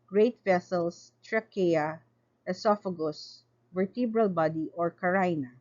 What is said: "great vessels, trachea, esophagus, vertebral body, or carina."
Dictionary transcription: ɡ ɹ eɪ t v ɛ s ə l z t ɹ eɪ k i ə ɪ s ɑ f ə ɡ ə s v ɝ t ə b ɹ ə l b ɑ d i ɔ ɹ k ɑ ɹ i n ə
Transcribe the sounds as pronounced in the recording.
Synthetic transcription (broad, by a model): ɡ ɹ eɪ t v ɛ s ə l s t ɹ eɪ k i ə ɪ s ɑ f ə ɡ ə s v ɝ t ə b ɹ ə l b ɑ d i ɔ ɹ k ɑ ɹ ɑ n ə